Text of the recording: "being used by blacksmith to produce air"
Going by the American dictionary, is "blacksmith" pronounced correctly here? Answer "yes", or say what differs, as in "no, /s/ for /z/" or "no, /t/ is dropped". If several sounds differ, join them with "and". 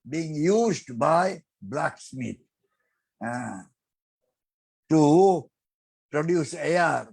no, /t/ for /θ/